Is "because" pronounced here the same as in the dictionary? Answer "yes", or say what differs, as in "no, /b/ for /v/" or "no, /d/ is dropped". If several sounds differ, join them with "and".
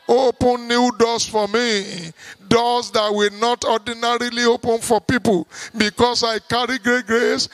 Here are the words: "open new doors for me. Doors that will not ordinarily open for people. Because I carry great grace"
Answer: no, /s/ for /z/